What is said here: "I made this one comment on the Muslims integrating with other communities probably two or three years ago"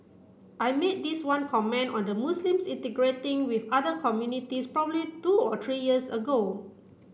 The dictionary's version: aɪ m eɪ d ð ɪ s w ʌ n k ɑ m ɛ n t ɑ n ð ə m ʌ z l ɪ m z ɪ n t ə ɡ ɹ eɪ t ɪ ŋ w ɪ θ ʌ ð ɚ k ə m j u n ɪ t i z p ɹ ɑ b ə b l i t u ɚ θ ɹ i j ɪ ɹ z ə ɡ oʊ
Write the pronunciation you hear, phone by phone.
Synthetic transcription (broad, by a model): aɪ m eɪ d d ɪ s w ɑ n k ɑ m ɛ n ɑ n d ə m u s l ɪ m s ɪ n t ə ɡ ɹ eɪ t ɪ ŋ w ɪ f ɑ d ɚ k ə m j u n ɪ t i s p ɹ ɑ b ə b l i t u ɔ t ɹ i j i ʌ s ə ɡ oʊ